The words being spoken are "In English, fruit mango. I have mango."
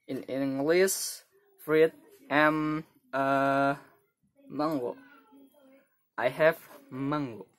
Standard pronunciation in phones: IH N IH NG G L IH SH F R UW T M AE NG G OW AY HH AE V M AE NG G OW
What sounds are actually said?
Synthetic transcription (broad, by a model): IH N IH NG G L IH S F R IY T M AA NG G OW AY HH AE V M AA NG G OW